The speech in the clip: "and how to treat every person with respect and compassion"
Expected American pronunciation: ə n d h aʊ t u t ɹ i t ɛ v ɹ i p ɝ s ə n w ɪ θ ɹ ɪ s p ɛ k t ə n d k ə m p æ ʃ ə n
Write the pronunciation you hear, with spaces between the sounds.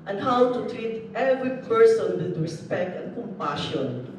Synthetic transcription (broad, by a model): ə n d h aʊ t u t ɹ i t ɛ v ɹ i p ɝ s ə n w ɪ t ɹ ɪ s p ɛ k t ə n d k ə m p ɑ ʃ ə n